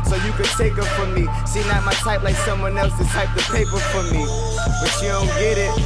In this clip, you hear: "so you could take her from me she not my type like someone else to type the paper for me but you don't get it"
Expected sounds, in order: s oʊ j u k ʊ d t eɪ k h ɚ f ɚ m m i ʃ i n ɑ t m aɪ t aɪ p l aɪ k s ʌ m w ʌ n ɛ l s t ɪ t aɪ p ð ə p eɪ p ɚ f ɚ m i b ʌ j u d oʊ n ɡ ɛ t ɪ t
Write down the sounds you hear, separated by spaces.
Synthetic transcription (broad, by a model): s oʊ j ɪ k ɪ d t eɪ k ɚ f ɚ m m i s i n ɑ m aɪ t aɪ p l aɪ k s ʌ m w ʌ n ɛ l s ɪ t aɪ p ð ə p eɪ p ɚ f ɚ m i b ʌ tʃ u d oʊ n ɡ ɛ t ɪ t